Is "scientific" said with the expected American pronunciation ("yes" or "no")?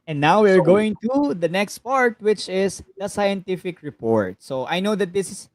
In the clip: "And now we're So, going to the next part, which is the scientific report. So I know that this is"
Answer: yes